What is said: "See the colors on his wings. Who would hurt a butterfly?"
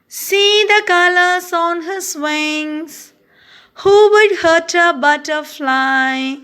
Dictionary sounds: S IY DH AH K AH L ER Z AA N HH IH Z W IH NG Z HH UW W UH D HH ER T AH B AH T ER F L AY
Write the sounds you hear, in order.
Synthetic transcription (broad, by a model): S IY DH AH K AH L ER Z AA N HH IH S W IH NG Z HH UW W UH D HH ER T AH B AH T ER F L AY